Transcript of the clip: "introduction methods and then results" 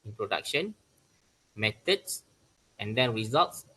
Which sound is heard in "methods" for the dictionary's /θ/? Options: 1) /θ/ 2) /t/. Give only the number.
2